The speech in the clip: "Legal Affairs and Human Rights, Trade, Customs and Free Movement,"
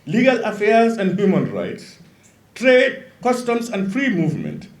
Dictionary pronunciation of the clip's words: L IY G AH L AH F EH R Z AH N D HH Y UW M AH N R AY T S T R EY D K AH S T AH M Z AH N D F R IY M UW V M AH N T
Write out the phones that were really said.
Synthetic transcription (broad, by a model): L IY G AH L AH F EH R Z AH N D HH Y UW M AH N R AY T S T R EY D K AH S T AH M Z AH N D F R IY M UW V M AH N T